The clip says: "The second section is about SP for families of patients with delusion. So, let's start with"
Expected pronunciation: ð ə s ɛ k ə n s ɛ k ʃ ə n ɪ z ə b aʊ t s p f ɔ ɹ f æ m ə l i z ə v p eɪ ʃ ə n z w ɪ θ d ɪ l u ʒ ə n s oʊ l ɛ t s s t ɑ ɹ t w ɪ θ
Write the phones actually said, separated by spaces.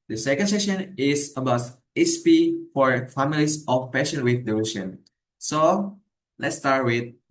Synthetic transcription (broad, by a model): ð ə s ɛ k ə n s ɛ ʃ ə n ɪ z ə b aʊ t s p f ɔ ɹ f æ m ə l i s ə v p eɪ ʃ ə n w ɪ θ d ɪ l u ʃ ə n s oʊ l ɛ t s s t ɑ ɹ t w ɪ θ